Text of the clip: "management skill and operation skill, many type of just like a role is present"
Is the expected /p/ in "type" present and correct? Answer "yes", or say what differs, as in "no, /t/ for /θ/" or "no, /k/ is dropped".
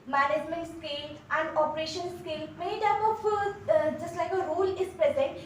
no, /f/ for /p/